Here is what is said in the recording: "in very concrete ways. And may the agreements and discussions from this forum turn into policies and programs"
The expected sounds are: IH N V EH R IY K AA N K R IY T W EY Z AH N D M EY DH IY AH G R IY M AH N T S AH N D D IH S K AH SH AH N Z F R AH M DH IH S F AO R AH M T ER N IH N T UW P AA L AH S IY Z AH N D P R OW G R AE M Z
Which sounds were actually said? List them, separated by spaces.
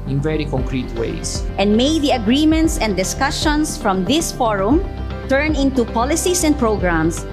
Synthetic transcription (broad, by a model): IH N V EH R IY K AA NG K R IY T W EY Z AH N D M EY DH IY AH G R IY M AH N T S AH N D D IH S K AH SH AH N S F R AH M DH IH S F AO R AH M T ER N IH N T UW P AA L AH S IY S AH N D P R OW G R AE M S